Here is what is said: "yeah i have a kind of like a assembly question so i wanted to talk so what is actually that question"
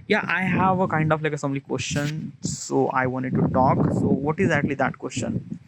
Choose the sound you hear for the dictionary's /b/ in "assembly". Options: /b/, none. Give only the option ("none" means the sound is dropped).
none